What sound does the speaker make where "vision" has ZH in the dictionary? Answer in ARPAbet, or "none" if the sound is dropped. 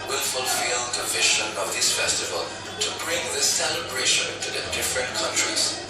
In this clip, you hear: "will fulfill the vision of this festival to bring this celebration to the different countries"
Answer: SH